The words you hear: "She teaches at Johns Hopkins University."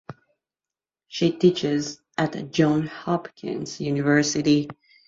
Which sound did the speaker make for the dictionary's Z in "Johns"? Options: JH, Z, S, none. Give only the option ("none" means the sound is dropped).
none